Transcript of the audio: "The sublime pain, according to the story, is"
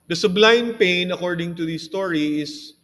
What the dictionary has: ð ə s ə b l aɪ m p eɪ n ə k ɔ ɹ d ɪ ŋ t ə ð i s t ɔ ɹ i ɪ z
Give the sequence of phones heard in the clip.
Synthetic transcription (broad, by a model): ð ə s ə b l aɪ m p eɪ n ə k ɔ ɹ d ɪ ŋ t ə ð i s t ɔ ɹ i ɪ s